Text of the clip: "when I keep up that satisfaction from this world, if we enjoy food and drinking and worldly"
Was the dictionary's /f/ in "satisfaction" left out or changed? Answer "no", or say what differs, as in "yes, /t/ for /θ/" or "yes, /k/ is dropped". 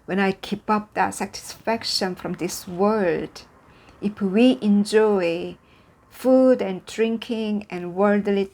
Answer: no